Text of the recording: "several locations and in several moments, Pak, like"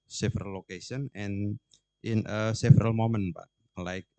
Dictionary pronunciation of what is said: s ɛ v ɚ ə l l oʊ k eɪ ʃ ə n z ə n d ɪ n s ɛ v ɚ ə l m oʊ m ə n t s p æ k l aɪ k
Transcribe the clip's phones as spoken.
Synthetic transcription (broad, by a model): s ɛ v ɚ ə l l oʊ k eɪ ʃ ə n ə n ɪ n s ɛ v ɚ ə l m oʊ m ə n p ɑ l aɪ k